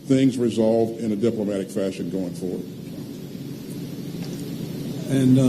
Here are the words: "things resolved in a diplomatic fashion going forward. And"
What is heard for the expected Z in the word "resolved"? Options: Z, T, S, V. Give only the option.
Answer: Z